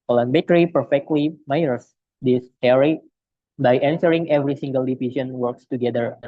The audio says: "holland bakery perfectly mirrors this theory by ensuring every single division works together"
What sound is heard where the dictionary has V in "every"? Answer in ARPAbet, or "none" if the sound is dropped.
V